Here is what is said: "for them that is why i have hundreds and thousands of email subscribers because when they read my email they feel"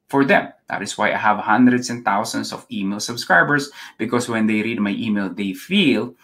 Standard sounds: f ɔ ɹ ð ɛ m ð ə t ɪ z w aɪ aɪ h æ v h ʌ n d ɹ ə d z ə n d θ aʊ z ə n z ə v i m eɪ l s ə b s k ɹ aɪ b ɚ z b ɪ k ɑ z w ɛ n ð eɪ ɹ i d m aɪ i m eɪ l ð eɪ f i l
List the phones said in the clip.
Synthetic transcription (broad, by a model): f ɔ ɹ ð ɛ m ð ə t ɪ s w aɪ aɪ h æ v h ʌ n d ɹ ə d s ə n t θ aʊ s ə n s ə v i m eɪ l s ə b s k ɹ aɪ b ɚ s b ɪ k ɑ s w ɛ n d eɪ ɹ i d m aɪ i m eɪ l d eɪ f i l